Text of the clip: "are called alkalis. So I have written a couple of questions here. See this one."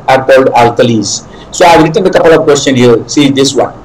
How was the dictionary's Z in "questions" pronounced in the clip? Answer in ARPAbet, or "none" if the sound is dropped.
none